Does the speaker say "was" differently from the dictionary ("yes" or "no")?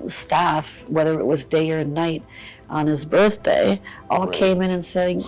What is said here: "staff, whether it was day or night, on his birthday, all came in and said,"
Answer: no